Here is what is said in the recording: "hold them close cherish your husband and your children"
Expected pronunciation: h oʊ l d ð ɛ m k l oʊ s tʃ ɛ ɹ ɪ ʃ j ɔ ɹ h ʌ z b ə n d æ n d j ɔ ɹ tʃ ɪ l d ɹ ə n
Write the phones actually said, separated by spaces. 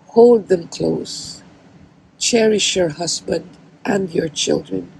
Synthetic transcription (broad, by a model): h oʊ l d ð ɛ m k l oʊ s tʃ ɛ ɹ ɪ ʃ j ɔ ɹ h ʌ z b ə n d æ n d j ɔ ɹ tʃ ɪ l d ɹ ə n